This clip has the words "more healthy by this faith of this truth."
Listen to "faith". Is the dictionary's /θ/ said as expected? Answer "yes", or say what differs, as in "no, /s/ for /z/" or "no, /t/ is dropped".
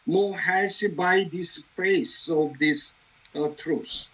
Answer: no, /s/ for /θ/